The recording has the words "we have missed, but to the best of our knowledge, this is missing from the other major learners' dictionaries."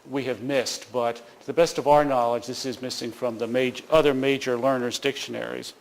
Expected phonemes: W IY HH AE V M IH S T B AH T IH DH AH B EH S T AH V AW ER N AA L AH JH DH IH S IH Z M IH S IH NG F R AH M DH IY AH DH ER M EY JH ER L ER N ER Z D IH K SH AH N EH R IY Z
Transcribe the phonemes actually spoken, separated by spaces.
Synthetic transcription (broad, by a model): W IY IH V M IH S T B AH T IH DH AH B EH S T AH V AW ER N AA L AH JH DH IH S IH Z M IH S IH NG F R AH M DH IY AH DH ER M EY JH ER L ER N ER Z D IH K SH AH N EH R IY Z